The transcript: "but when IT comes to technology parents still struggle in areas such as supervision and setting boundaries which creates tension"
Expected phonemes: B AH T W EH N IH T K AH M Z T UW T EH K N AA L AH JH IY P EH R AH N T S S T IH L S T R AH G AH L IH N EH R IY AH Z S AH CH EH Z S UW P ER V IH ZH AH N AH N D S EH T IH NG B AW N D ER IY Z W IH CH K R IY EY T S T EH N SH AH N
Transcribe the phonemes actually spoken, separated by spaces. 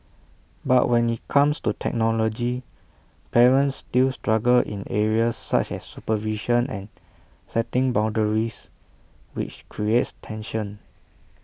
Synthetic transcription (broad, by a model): B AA T W EH N IH T K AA M S T UW T EH K N AA L AH JH IY P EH R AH N T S S T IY L S T R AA G AH L IH N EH R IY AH S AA CH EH S UW P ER V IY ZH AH N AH N S EH T IH NG B AW N D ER IY S W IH CH K R IY EY T S T EH N SH AH N